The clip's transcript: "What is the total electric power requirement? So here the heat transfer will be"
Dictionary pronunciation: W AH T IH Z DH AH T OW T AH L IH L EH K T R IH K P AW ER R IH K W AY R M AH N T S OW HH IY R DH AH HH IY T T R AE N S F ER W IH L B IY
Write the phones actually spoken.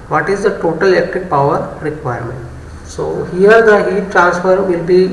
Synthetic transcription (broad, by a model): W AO T IH Z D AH T OW T AH L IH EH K T IH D P AW ER R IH K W AY R M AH N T S OW HH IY R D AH HH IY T T R AE N S F ER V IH L B IY